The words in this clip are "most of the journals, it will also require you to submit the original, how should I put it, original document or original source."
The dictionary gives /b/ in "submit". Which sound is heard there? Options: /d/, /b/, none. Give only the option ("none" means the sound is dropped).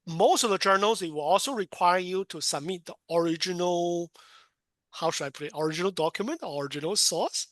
/b/